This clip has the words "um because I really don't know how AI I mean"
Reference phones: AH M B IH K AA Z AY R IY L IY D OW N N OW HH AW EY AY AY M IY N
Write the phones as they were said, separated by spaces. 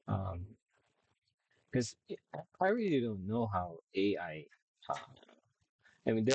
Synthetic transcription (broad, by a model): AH M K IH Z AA AY R IY L IY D OW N N OW HH AW EY AY AY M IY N